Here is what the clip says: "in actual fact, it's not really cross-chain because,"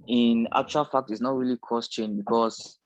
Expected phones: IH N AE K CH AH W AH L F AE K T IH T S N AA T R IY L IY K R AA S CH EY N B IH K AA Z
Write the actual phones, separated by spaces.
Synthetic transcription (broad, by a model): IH N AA K CH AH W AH L F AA K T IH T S N AA T R IY L IY K AA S CH EY N B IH K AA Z